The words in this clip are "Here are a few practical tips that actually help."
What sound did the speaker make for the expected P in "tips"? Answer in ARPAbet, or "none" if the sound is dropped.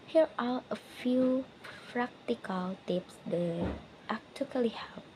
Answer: P